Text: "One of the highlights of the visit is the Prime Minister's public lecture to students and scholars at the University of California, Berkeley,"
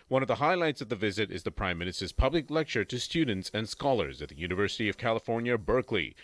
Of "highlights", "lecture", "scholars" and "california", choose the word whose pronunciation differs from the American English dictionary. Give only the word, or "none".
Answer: none